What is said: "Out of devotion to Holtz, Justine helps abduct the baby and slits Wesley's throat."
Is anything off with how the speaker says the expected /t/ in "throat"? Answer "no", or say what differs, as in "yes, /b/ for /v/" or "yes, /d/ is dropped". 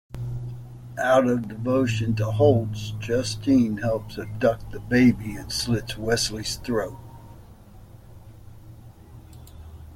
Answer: no